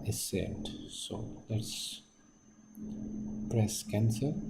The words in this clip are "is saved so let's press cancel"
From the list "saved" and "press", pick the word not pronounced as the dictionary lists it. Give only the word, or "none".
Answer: saved